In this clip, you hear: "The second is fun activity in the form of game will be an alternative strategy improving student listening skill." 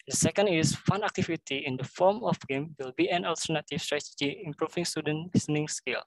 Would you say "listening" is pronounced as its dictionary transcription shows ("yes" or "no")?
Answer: no